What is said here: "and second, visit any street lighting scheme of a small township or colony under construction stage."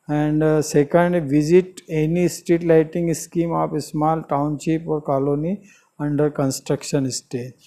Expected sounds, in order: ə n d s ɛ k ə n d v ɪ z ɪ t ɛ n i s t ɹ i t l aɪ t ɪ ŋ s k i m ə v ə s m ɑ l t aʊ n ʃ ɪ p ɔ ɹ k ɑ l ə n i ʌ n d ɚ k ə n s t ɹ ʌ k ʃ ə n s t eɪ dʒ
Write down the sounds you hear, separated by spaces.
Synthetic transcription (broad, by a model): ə n d s ɛ k ə n d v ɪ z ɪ t ɛ n i s t i t l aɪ t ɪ ŋ s k i m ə p ə s m ɑ l t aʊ n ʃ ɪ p ɔ ɹ k ɑ l ə n i ʌ n d ɚ k ə n s t ɹ ʌ k ʃ ə n s t eɪ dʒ